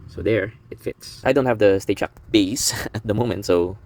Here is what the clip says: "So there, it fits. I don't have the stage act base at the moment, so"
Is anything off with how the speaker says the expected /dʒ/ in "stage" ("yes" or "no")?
yes